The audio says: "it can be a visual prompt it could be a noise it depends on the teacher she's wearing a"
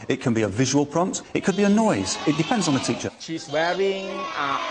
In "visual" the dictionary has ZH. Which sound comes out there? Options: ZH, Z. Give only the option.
ZH